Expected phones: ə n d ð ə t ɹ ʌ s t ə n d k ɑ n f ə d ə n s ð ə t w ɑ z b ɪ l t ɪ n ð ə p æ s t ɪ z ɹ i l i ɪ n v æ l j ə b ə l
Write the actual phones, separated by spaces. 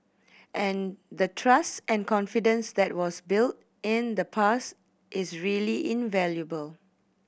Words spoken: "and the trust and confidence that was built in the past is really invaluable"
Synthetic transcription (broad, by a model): ə n d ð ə t ɹ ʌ s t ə n k ɑ n f ə d ə n s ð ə t w ɑ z b ɪ l t ɪ n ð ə p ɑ s t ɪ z ɹ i l i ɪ n v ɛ l j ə b ə l